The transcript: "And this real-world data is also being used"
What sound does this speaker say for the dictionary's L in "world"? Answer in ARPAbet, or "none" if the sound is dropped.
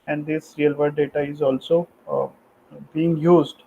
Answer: none